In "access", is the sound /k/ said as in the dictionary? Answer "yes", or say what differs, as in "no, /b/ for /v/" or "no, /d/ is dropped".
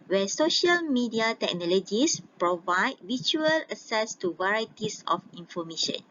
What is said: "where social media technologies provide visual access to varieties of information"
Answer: no, /k/ is dropped